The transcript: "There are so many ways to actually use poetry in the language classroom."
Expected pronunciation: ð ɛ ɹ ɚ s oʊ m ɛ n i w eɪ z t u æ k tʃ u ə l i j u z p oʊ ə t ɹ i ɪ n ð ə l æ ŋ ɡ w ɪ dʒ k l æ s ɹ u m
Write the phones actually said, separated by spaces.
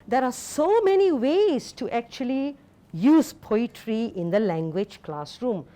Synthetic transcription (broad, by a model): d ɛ ɹ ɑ s oʊ m ɛ n i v eɪ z t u æ k tʃ u ə l i j u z p oʊ ə t ɹ i ɪ n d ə l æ ŋ ɡ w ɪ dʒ k l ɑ s ɹ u m